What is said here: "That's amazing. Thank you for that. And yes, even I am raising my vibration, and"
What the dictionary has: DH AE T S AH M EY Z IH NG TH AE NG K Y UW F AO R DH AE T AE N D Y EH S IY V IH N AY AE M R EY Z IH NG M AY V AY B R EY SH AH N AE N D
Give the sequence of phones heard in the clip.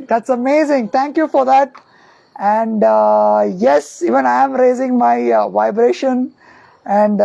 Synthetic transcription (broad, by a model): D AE T S AH M EY Z IH NG T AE NG K Y UW F AO R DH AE T AE N D Y EH S IY V IH N AY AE M R EY Z IH NG M AY V AY B R EY SH AH N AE N D